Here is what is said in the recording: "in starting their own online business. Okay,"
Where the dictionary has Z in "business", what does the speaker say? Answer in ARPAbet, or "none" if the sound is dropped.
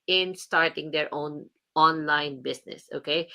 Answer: S